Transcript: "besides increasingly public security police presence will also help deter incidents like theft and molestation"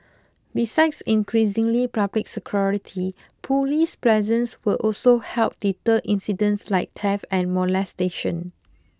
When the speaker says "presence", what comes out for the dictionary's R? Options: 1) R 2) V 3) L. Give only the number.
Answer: 3